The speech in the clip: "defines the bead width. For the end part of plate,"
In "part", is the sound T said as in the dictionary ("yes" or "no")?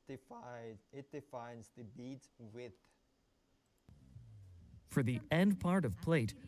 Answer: yes